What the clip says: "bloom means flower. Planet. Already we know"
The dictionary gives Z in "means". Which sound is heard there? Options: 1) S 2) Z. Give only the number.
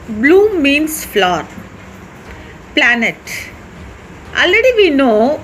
1